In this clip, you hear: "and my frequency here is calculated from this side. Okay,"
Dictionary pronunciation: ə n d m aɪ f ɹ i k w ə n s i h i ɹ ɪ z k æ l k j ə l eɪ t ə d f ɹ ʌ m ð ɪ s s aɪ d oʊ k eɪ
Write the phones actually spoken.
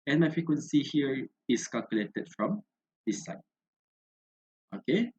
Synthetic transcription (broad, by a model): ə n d m aɪ f ɹ i k w ə n s i h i ɹ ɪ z k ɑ l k j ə l eɪ t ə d f ɹ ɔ m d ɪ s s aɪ oʊ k eɪ